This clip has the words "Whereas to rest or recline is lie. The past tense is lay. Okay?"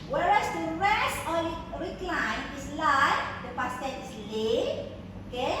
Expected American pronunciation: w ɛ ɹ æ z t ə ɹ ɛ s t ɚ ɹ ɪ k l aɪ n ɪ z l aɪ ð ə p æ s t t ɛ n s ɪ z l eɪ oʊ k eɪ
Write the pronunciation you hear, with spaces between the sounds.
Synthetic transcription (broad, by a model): w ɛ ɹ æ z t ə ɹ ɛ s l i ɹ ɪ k l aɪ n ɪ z l aɪ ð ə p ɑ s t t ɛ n ɪ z l eɪ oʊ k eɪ